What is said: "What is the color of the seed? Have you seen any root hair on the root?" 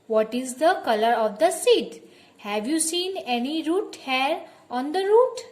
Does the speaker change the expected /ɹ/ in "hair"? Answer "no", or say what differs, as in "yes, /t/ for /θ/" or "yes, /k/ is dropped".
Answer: no